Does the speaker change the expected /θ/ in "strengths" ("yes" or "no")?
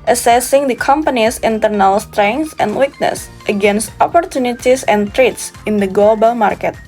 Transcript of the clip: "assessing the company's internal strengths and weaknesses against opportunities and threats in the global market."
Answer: yes